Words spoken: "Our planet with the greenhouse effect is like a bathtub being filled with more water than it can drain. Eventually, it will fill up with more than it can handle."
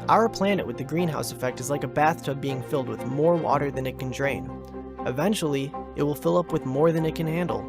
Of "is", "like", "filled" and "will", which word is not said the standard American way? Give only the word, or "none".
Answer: none